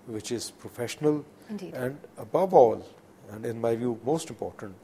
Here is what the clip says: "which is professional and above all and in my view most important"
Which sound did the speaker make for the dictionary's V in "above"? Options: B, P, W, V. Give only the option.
V